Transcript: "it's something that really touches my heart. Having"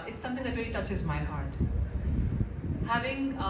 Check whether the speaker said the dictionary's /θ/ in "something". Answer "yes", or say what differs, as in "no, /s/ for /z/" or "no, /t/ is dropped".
no, /t/ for /θ/